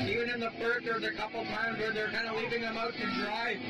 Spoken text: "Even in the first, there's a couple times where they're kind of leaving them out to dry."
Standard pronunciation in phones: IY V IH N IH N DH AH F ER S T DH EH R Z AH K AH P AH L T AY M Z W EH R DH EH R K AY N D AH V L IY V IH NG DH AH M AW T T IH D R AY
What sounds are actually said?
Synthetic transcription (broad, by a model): IY V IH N IH N DH AH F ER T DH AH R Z AH K AH P L T AY M Z W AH R DH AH R K AY N D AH L IY V IH NG DH AH M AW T T IH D R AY